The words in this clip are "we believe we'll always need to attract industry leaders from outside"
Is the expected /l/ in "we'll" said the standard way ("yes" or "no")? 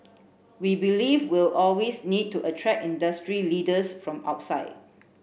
yes